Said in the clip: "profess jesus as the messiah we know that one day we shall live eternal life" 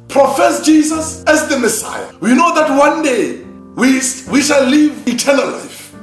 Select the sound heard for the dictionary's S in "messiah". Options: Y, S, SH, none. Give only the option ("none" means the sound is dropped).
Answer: S